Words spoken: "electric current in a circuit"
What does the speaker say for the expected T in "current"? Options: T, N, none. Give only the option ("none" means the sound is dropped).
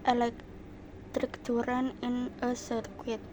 none